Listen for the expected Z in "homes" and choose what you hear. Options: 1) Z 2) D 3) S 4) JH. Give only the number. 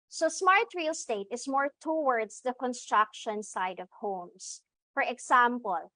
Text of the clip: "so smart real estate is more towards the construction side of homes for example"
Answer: 3